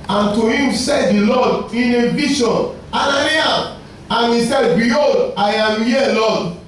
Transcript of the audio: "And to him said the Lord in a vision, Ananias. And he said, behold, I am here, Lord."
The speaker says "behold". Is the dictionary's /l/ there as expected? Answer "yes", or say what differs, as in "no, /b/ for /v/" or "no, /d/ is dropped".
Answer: no, /l/ is dropped